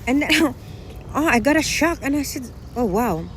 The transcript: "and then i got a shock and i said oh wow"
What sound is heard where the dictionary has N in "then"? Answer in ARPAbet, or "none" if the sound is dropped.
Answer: none